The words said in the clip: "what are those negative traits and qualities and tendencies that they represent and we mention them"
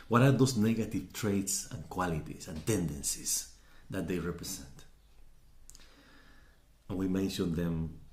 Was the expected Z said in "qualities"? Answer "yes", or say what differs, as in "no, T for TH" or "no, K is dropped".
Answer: no, S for Z